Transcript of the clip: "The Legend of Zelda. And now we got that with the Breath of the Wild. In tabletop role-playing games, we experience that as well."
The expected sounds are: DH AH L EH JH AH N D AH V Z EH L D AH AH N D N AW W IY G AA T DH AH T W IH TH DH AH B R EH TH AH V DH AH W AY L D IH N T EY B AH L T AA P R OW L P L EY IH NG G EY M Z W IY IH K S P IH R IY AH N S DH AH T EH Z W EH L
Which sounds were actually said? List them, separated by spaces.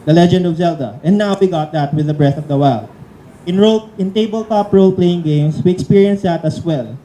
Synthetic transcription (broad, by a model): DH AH L EH JH AH N D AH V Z EH L D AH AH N N AW W IY G AA T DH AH T W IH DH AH B R EH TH AH V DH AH W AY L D IH N T EY B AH L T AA P R OW L P L EY IH NG G EY M S W IY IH K S P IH R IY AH N S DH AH T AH S W EH L